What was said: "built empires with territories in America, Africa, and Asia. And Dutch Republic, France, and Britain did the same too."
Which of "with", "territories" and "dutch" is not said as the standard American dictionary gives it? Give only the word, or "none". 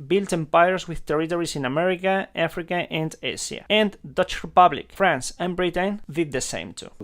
territories